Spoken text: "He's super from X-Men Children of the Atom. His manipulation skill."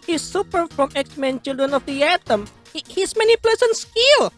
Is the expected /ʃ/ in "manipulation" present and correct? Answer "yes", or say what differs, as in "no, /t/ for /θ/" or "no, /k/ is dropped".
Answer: no, /s/ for /ʃ/